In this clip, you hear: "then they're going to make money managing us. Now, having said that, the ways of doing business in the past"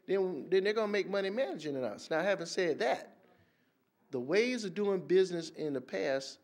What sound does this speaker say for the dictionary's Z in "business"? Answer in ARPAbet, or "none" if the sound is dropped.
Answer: Z